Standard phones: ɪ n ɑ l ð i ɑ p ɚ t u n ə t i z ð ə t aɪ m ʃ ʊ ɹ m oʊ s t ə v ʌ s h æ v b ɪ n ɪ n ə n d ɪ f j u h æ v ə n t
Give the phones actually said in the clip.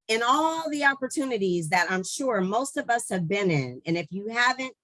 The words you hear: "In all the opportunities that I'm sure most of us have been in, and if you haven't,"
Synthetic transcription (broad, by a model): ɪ n ɑ l ð i ɑ p ɚ t u n ə t i z ð ə t aɪ m ʃ ʊ ɹ m oʊ s t ə v ʌ s h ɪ v b ɪ n ɪ n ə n ɪ f j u h æ v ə n t